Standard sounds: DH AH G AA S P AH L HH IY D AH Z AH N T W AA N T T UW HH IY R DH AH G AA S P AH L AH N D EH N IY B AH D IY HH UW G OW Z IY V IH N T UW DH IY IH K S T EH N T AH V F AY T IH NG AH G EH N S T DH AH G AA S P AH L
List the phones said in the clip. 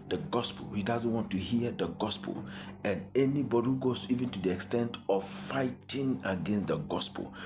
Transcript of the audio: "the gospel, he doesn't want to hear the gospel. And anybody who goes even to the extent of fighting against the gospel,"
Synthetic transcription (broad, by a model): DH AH G AA S P AH L HH IY D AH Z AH N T W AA N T T UW HH IY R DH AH G AA S P AH L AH N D EH N IY B AH D IY HH UW G OW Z IY V IH N T UW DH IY IH K S T EH N T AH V F AY T IH NG AH G EH N S T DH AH G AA S P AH L